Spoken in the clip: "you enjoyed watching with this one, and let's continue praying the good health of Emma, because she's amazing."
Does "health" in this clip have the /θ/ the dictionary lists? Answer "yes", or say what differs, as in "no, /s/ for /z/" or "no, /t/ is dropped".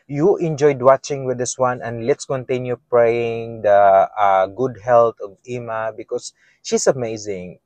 no, /t/ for /θ/